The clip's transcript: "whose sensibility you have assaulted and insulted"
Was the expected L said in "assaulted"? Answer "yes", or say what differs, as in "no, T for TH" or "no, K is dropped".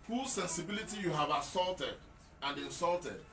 yes